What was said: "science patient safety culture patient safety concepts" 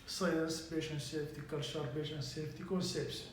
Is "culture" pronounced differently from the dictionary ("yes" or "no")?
yes